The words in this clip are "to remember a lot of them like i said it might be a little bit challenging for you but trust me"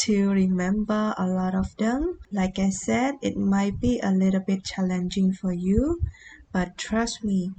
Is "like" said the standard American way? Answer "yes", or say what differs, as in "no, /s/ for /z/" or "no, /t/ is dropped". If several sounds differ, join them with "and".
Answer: yes